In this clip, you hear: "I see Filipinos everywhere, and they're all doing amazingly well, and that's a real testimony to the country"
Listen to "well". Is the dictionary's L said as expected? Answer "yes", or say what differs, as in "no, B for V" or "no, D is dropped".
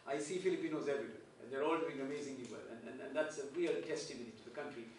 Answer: no, N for L